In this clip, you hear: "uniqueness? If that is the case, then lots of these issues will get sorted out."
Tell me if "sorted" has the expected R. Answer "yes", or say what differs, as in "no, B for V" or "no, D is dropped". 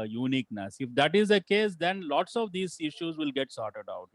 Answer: yes